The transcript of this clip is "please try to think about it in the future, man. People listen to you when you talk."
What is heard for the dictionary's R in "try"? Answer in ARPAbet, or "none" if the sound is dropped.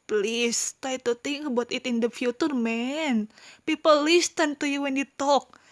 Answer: none